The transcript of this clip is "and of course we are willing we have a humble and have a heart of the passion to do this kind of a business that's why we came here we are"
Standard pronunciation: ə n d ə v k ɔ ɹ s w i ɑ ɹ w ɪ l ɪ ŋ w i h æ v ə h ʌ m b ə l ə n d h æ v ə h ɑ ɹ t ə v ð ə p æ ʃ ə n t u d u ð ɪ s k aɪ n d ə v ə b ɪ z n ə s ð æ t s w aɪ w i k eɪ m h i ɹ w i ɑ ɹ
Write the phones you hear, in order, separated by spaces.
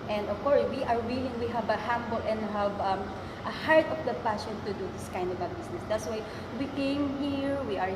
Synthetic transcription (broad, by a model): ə n d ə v k ɔ ɹ s w i ɑ ɹ w ɪ l ɪ ŋ w i h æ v ə h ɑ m b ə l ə n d h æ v ə h ɑ ɹ t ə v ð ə p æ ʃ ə n t u d u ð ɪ s k aɪ n d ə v ə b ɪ s n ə s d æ t s w aɪ w i k eɪ m h i ɹ w i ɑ ɹ